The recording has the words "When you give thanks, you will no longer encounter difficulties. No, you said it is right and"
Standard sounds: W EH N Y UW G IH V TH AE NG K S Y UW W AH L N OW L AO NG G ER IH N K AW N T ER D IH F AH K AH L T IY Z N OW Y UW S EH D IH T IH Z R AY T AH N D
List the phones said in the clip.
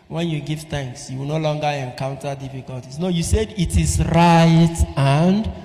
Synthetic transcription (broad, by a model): W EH N Y UW G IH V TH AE NG K S Y UW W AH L N OW L AO NG G ER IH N K AW N T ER D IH F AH K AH L T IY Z N OW Y UW S EH D IH T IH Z R AY T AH N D